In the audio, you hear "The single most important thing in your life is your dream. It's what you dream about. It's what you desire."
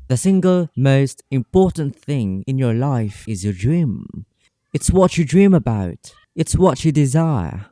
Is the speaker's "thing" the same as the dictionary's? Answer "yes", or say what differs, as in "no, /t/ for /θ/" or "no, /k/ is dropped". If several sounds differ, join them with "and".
yes